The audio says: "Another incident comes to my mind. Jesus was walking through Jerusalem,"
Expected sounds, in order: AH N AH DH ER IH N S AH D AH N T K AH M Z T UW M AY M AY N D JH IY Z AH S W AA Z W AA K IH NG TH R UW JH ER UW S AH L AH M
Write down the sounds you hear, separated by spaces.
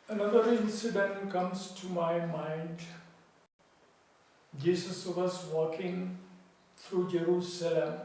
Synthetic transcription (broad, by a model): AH N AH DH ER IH N S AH D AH N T K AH M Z T UW M AY M AY N D JH IY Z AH S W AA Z W AA K IH NG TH R UW JH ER UW S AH L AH M